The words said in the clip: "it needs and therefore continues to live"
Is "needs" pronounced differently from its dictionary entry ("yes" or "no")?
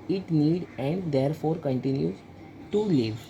yes